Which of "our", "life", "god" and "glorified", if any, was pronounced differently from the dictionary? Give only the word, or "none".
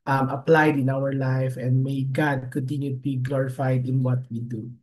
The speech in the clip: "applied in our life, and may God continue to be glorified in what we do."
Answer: none